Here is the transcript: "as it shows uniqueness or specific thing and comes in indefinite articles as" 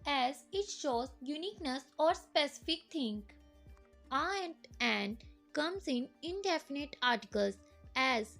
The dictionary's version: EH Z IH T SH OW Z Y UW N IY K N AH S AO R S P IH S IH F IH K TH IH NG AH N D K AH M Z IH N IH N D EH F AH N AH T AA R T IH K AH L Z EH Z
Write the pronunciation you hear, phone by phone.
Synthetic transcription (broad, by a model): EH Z IH T SH OW Z Y UW N IY K N AH S AO R S P IH S IH F IH K T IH NG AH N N K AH M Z IH N IH N D EH F AH N AH T AA R T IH K AH L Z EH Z